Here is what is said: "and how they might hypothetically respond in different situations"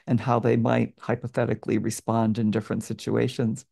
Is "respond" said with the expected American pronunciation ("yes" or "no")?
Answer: yes